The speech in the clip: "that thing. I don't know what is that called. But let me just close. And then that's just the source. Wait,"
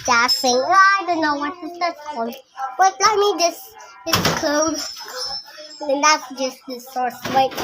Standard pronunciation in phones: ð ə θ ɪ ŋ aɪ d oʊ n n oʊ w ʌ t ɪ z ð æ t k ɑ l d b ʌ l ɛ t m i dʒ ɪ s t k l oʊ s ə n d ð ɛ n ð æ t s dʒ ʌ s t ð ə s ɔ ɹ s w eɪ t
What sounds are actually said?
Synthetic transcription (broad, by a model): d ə f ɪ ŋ aɪ d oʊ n n oʊ w ʌ t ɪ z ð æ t k ɑ l d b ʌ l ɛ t m i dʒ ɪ s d k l oʊ ə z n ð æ t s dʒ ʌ s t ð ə s ɔ ɹ s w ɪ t